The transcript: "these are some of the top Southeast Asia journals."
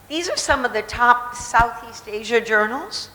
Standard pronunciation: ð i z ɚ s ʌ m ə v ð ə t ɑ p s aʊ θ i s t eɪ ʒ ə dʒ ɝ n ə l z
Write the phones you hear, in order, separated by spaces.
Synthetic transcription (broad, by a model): ð i z ɚ s ʌ m ə v ð ə t ɑ p s aʊ θ i s t eɪ ʒ ə dʒ ɝ n l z